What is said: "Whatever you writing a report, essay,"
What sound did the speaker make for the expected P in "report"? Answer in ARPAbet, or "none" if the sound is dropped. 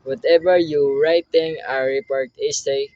P